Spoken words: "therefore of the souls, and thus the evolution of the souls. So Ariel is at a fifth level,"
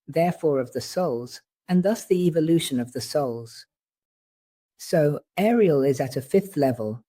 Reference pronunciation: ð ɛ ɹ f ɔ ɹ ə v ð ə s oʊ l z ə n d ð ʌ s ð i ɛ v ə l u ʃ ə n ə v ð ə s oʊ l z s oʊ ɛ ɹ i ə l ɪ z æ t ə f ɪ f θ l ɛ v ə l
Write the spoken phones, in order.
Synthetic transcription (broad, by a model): ð ɛ ɹ f ɔ ɹ ə v ð ə s oʊ l z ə n ð ʌ s ð i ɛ v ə l u ʃ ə n ə v ð ə s oʊ l z s oʊ ɛ ɹ i ə l ɪ z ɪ t ə f ɪ f θ l ɛ v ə l